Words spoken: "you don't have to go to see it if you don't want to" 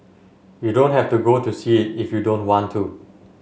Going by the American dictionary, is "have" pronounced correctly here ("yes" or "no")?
no